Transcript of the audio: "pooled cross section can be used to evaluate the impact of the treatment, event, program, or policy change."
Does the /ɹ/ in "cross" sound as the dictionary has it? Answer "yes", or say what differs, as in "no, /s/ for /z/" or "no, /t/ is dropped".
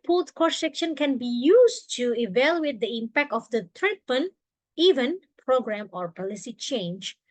no, /ɹ/ is dropped